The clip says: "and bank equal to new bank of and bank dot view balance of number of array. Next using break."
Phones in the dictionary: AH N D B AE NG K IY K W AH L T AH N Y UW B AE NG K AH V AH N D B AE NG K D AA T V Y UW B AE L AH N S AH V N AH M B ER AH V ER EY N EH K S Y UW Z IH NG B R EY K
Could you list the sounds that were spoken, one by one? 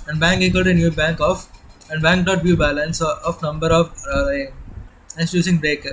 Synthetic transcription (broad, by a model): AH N D B AE NG K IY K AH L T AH N Y UW B AE NG K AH F AH N D B AE NG K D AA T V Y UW B AE L AH N S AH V N AH M B ER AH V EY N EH S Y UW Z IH NG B R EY K